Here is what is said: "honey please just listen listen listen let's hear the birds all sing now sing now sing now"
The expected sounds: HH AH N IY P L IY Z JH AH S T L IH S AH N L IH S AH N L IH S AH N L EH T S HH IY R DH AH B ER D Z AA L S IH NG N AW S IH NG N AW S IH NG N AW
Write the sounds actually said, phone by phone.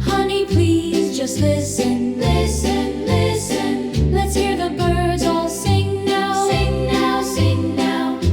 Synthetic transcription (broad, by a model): HH AH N IY P L IY Z JH AH S T L IH S AH N L IH S AH N L IH S AH N L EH T S HH IY R DH AH B ER D Z AA L S IH NG N AW S IH NG N AW S IH NG N AW